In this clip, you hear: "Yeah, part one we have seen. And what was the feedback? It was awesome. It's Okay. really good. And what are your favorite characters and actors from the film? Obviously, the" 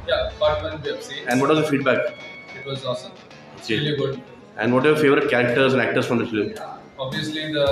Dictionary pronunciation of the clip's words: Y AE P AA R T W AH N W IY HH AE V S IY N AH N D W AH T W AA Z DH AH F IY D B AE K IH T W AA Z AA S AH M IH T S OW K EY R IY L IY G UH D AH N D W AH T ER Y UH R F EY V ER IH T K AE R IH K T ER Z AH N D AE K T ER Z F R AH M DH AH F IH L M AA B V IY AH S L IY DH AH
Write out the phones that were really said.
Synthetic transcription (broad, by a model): Y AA B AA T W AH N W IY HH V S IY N AH N D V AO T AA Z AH F IY D B AE K IH T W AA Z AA S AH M OW K EY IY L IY G UH D AH N D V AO T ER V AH R F EY V ER IH T K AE R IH K T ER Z AH N D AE K T ER S F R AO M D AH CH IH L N AA B V IY AH S L IY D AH